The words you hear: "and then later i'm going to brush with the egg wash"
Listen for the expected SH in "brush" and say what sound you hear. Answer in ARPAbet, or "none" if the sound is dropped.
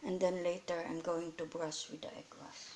S